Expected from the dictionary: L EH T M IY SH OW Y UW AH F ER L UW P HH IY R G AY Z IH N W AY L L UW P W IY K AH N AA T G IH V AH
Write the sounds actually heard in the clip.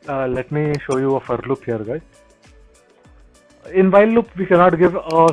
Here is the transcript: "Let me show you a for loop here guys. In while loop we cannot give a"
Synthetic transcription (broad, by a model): L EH T M IY SH OW Y UW AH F ER L UW P HH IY R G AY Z IH N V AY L L UW P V IY K AH N AA T G IH V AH